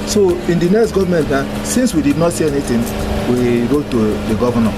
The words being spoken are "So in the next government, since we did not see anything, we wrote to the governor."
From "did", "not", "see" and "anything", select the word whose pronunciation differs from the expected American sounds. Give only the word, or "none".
anything